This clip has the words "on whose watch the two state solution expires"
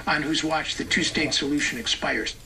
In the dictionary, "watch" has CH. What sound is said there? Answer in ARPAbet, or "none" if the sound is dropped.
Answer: CH